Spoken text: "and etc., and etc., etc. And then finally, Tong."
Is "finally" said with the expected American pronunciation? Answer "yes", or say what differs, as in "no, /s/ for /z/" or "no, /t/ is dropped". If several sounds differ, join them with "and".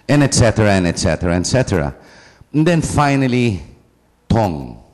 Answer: yes